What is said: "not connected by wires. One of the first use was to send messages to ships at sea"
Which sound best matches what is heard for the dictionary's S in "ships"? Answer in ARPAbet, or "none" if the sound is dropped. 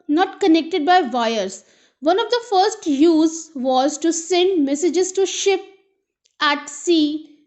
none